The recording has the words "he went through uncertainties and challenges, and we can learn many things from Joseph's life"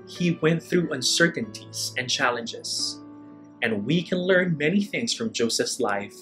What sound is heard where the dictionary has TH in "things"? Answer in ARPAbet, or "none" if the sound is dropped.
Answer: TH